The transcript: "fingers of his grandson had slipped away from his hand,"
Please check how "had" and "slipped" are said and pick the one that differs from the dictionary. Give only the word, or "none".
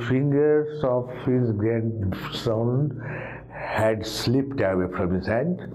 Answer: none